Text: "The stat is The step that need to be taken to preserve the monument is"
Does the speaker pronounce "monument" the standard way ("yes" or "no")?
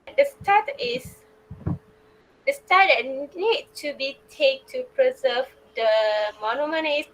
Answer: no